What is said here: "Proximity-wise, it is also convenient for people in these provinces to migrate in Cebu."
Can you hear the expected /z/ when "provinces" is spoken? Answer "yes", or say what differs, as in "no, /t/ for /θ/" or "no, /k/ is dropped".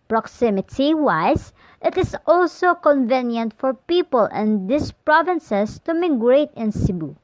no, /s/ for /z/